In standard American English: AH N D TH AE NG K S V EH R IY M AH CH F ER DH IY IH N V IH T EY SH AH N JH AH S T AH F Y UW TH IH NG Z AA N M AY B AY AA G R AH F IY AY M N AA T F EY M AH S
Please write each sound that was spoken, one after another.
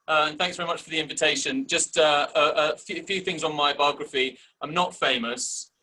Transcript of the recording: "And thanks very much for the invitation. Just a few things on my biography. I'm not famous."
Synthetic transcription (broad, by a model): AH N TH AE NG K S V EH R IY M AH CH F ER DH IY IH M V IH T EY SH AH N JH AH S T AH F Y UW TH IH NG Z N M AY B AY AA G R AH F IY AY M N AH T F EY M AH S